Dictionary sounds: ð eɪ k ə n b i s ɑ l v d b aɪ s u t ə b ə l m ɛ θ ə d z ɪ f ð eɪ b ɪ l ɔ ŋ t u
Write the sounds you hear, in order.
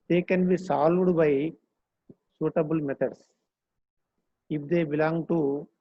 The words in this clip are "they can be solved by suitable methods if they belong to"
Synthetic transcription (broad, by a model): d eɪ k ə n b i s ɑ l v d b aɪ s u t ə b ə l m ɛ t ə d s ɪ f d eɪ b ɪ l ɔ ŋ t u